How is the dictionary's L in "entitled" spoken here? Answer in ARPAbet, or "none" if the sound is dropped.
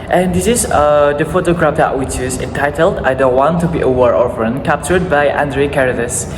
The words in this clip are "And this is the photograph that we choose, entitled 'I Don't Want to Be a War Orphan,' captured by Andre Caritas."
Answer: L